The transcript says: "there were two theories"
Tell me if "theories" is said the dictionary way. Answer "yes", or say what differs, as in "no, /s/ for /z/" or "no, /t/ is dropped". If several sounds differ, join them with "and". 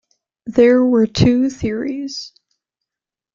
yes